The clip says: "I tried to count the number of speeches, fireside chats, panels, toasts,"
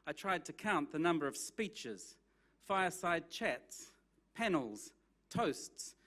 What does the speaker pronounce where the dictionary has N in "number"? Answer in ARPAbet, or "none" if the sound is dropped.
N